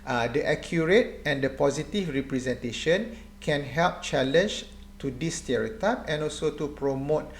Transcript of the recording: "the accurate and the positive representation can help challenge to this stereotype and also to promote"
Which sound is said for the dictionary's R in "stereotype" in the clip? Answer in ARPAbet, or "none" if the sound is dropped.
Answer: R